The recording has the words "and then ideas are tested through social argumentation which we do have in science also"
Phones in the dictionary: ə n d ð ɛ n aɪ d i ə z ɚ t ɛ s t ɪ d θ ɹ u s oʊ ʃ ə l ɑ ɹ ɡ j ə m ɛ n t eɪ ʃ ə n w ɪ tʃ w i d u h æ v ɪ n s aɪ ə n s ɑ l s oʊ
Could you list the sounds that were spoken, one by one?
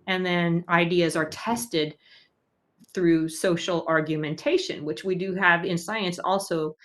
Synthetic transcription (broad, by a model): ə n ð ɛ n aɪ d i ə z ɚ t ɛ s t ɪ d θ ɹ u s oʊ ʃ l ɑ ɹ ɡ j ə m ɛ n t eɪ ʃ ə n w ɪ tʃ w i d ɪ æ v ɪ n s aɪ ə n s ɑ l s oʊ